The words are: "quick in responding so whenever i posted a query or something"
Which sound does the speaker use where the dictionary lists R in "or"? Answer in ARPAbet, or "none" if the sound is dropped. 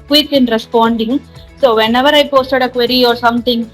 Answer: R